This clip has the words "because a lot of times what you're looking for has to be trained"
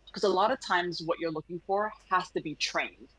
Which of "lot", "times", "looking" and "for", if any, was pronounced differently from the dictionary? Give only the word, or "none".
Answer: none